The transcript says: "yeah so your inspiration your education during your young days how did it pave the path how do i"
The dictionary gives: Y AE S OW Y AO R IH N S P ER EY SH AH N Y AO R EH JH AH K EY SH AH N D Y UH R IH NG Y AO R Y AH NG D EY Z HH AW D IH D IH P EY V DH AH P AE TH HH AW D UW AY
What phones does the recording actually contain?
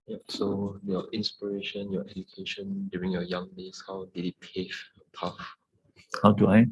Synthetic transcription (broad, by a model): Y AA S OW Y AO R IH N S P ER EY SH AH N Y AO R EH JH AH K EY SH AH N D Y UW R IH NG Y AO Y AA NG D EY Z HH AW D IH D IH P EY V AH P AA F HH AW D UW AY